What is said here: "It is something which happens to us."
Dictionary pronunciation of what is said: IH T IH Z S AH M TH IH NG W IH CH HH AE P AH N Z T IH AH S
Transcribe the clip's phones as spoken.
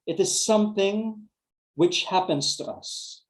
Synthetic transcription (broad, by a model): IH T IH Z S AH M TH IH NG W IH CH HH AE P AH N Z T IH AH S